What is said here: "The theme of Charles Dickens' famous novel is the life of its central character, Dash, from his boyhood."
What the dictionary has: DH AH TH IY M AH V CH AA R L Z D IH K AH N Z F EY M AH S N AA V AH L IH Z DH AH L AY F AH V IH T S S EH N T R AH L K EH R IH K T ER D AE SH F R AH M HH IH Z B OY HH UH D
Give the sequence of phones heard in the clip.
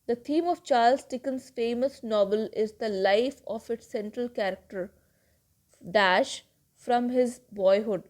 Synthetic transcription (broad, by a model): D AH T IY M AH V CH AA R L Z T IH K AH N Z F EY M AH S N AA V AH L IH Z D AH L AY F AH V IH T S S EH N T R AH L K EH R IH K T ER D AE SH F R AH M HH IH Z B OY HH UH D